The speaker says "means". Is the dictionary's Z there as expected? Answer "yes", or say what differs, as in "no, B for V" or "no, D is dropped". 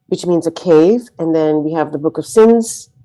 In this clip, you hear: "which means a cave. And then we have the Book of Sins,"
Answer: yes